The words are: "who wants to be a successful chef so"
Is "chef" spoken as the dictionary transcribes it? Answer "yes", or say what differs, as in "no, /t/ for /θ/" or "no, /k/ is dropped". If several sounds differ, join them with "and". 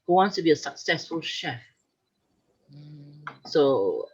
yes